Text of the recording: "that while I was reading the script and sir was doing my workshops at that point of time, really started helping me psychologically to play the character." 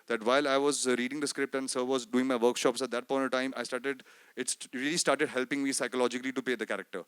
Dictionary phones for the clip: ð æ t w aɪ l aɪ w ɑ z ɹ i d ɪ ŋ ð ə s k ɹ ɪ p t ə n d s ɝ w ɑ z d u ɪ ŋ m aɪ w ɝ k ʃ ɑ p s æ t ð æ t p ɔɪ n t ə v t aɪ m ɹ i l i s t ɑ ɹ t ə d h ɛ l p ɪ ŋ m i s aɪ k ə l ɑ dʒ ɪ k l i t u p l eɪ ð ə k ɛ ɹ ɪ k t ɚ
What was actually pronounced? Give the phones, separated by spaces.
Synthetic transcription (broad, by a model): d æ t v aɪ l aɪ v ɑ z ɹ i d ɪ ŋ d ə s k ɹ ɪ p t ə n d s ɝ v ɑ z d u ɪ ŋ m aɪ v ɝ k ʃ ɑ p s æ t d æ t p ɔɪ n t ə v t aɪ m ɹ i l i s t ɑ ɹ t ə d h ɛ l p ɪ ŋ m i s aɪ k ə l ɑ dʒ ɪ k l i t u p eɪ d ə k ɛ ɹ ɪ k t ɚ